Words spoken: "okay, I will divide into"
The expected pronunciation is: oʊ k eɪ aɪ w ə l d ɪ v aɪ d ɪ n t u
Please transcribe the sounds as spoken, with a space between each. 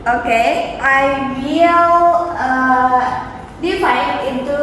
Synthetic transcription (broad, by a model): oʊ k eɪ aɪ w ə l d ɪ f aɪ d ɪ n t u